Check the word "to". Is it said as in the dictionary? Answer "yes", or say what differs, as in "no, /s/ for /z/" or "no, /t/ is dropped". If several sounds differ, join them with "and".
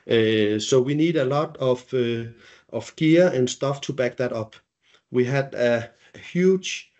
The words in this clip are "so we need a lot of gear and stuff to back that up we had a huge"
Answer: yes